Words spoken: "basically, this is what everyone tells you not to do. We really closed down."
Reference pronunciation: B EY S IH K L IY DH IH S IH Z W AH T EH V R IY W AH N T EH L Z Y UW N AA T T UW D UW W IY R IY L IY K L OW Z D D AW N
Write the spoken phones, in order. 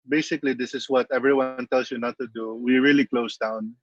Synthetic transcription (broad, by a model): B EY S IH K L IY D IH S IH S W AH T EH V R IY W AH N T EH L S Y UW N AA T T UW D UW W IY R IY L IY K L OW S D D AW N